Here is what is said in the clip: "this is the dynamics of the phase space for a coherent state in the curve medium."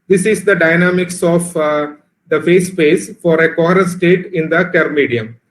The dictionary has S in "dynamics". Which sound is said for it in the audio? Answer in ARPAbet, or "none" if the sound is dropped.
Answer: S